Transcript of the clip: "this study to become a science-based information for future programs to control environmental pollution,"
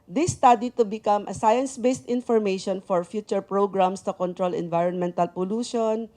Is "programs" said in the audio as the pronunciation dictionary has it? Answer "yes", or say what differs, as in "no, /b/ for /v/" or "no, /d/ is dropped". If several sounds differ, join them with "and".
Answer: no, /s/ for /z/